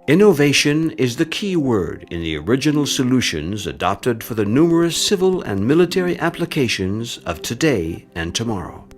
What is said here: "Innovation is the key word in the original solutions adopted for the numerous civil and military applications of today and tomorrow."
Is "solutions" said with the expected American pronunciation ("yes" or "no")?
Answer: yes